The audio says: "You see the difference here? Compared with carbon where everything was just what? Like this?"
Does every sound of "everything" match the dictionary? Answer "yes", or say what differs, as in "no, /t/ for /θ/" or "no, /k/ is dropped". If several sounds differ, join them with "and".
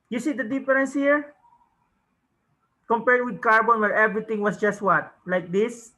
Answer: no, /t/ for /θ/